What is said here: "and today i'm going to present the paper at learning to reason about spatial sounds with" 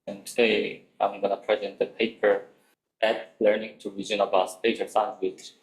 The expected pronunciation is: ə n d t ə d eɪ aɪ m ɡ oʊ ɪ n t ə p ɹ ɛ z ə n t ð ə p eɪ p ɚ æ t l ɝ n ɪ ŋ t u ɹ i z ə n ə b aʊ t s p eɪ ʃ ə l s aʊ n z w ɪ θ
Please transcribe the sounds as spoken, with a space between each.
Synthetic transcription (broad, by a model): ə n t ə d eɪ aɪ m ɡ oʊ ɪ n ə p ɹ ɛ z ə n t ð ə p eɪ p ɚ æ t l ɝ n ɪ ŋ t u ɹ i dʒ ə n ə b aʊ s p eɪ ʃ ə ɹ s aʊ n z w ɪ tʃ